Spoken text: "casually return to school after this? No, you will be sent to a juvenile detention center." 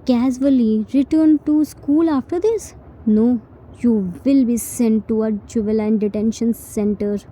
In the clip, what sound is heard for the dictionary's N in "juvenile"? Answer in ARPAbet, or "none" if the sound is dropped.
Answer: L